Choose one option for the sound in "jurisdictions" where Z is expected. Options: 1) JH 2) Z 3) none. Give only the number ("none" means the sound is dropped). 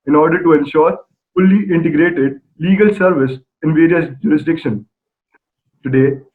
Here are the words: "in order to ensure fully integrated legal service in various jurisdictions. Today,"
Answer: 3